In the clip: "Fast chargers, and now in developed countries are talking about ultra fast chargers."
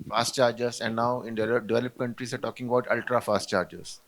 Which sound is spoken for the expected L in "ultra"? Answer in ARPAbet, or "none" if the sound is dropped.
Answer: L